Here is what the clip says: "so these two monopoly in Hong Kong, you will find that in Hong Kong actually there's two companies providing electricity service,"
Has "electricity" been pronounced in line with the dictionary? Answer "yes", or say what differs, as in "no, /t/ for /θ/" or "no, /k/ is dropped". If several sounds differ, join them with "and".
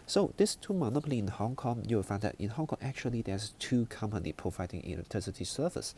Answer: no, /ɹ/ is dropped